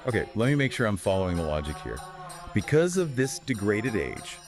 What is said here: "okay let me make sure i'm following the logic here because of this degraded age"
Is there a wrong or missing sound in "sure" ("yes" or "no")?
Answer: no